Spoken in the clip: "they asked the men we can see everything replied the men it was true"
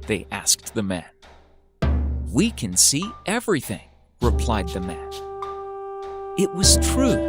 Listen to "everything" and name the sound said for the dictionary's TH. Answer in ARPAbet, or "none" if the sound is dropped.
TH